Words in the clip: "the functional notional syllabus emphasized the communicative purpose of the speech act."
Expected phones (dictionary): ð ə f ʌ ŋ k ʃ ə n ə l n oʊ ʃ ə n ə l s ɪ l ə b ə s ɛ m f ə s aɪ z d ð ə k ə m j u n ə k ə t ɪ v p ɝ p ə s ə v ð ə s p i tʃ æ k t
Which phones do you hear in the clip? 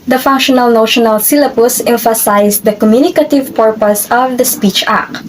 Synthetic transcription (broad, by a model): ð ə f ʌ ŋ k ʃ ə n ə l n oʊ ʃ ə n ə l s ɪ l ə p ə s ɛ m f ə s aɪ s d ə k ə m j u n ə k ə t ɪ v p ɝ p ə s ə v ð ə s p i tʃ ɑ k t